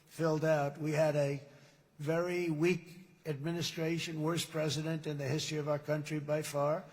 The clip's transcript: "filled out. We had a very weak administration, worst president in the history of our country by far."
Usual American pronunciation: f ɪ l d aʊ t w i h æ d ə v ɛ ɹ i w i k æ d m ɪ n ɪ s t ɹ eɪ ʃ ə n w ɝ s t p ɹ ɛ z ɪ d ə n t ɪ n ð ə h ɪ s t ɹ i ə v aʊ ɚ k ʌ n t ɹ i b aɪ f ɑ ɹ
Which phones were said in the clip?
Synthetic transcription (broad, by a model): f ɪ l d aʊ t w i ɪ d ə v ɛ ɹ i w i k æ d m ɪ n ɪ s t ɹ eɪ ʃ ə n w ɝ s p ɹ ɛ z ɪ d ə n t ɪ n ð ə h ɪ s t ɹ i ə v aʊ ɚ k ʌ n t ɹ i b aɪ f ɑ ɹ